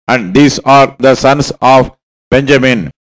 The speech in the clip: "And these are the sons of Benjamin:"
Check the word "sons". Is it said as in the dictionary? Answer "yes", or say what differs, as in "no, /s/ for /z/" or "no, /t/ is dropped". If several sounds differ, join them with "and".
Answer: no, /s/ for /z/